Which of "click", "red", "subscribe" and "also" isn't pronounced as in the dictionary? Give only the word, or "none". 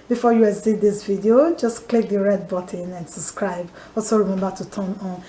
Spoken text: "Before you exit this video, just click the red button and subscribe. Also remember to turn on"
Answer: none